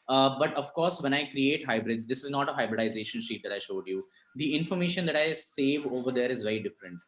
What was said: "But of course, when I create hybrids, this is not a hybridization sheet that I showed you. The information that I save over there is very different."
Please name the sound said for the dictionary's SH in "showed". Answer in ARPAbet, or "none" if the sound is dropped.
SH